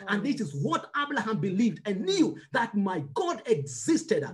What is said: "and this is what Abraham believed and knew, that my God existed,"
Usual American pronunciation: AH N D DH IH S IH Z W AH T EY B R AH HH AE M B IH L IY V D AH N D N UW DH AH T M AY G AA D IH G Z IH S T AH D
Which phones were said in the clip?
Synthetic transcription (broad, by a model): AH N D DH IH S IH Z W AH T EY B L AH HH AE M B IH L IY V D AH N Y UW DH AH T M AY G AA D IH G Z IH S T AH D